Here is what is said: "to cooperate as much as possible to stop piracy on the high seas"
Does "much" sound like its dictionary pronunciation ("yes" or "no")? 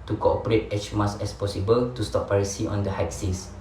no